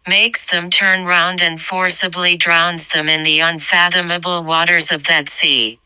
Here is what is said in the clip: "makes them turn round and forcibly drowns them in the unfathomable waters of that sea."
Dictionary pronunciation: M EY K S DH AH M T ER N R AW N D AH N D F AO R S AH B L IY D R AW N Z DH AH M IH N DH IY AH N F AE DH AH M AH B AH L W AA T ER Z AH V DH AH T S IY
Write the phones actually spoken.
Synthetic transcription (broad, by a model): M EY K S DH AH M T ER N R AW N D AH N F AO R S AH B L IY D R AW N Z DH AH M IH N DH IY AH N F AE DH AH M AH B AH L W AA T ER Z AH V DH AH T S IY